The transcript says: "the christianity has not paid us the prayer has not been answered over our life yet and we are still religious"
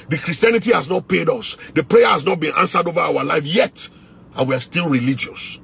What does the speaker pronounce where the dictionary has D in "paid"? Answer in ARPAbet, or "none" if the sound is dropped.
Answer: D